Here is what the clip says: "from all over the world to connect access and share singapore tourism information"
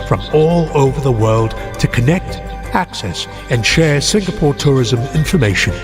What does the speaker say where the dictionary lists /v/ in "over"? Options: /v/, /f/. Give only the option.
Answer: /v/